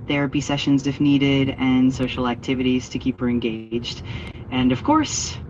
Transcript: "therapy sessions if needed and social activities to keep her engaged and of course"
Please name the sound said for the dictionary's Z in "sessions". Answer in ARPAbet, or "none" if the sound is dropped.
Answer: Z